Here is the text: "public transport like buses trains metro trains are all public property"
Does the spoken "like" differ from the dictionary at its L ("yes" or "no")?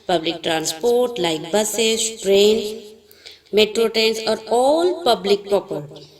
no